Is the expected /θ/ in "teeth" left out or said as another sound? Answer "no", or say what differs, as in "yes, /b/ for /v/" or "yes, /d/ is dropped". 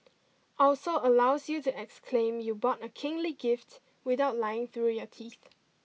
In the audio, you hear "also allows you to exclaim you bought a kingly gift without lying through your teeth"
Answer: no